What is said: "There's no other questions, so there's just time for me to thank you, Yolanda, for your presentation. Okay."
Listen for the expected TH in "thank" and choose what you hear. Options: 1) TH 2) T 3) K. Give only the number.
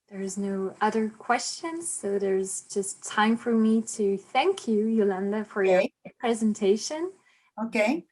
1